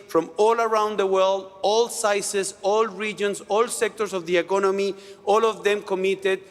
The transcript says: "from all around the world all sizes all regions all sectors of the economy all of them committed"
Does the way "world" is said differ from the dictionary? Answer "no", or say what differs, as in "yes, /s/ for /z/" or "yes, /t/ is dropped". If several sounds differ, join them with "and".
no